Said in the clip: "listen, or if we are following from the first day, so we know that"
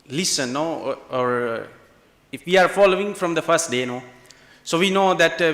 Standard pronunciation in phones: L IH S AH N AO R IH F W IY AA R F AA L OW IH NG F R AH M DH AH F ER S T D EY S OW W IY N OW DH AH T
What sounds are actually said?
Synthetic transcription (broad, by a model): L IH S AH N AO R IH F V IY AA R F AA L OW IH NG F R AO M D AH F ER S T D EY S OW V IY N OW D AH T